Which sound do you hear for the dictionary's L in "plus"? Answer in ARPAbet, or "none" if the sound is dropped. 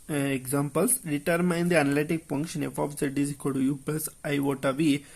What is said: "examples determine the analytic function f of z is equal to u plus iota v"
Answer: none